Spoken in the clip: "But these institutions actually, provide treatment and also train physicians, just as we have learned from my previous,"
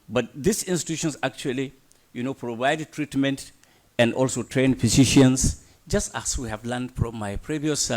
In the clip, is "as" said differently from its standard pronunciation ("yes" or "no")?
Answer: yes